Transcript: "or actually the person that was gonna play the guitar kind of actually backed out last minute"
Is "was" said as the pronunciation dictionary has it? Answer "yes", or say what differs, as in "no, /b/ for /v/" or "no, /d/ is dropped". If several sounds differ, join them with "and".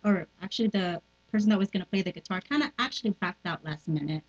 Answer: yes